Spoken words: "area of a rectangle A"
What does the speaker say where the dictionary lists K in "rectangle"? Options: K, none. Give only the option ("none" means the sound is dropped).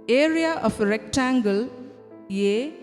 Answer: K